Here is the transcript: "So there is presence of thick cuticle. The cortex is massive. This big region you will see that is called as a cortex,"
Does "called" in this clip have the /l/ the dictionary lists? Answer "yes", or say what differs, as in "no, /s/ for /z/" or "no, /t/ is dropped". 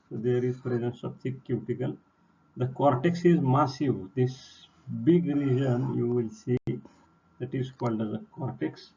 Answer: yes